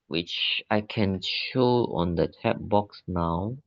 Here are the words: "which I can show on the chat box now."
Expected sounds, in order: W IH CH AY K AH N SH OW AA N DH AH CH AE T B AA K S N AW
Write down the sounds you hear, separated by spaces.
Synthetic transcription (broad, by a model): W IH CH AY K AH N SH OW AA N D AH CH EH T B AA K S N AW